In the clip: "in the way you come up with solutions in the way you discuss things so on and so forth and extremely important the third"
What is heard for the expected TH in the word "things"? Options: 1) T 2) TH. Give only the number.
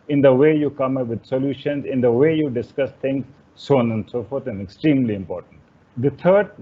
1